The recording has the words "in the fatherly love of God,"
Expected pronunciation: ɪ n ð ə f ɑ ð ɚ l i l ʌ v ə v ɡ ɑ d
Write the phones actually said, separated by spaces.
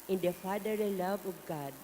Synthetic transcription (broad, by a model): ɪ n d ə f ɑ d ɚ i l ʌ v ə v ɡ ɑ d